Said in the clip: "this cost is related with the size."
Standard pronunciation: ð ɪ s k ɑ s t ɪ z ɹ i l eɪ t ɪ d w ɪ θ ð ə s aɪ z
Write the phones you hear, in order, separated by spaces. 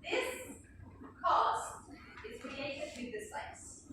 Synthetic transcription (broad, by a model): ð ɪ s k ɑ s t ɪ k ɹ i eɪ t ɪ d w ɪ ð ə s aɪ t